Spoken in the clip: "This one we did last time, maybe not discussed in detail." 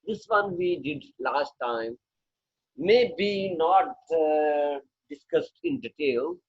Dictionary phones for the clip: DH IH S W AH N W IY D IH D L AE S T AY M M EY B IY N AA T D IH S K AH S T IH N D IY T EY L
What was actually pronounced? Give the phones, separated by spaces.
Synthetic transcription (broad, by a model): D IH S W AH N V IY D IH D L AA S T AY M M EY B IY N AA T D IH S K AH S T IH N D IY T EY L